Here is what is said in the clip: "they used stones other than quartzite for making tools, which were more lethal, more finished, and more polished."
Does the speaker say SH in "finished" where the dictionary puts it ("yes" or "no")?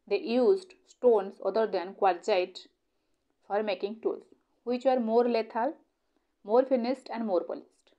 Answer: no